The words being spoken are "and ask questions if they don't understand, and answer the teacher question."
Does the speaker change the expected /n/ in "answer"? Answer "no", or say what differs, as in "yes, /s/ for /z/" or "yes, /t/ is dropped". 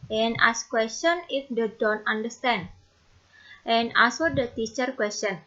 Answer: yes, /n/ is dropped